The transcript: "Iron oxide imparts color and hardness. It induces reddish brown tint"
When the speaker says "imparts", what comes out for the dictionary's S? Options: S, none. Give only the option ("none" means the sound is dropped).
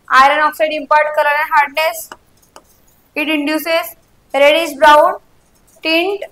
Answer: none